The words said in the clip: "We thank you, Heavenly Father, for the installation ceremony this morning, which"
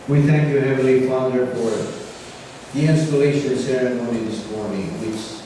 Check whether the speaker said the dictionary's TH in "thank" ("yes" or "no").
yes